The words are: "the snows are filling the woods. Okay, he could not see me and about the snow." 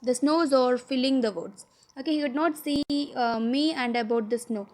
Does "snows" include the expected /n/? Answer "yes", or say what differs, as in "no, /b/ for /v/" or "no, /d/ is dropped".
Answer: yes